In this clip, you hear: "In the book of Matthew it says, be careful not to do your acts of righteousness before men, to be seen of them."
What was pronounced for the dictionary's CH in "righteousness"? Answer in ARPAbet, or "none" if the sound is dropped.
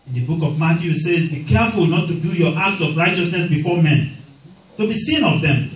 CH